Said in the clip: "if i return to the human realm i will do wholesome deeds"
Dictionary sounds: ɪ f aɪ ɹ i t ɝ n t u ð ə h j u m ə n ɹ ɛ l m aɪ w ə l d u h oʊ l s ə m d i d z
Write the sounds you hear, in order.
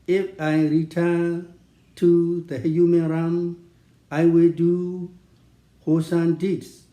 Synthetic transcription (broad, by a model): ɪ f aɪ ɹ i t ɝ n t u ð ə h j u m ə n ɹ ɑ m aɪ w ə l d u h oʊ s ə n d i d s